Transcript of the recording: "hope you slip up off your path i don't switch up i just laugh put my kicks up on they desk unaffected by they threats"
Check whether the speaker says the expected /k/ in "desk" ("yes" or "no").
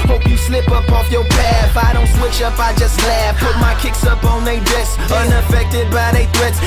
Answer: no